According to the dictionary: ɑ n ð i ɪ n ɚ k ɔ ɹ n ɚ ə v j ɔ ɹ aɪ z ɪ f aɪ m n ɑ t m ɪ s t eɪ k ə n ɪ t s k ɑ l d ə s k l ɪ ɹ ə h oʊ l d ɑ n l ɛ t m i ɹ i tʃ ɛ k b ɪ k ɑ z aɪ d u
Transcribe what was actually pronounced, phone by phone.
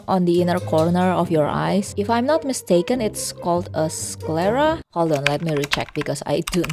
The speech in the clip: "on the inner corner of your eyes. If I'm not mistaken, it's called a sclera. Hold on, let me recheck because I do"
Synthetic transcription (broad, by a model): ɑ n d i ɪ n ɚ k ɔ ɹ n ɚ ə f j ɔ ɹ aɪ s ɪ f aɪ m n ɑ t m ɪ s t eɪ k ə n ɪ t s k ɑ l d ə s k l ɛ ɹ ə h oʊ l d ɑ n l ɛ t m i ɹ i tʃ ɛ k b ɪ k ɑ s aɪ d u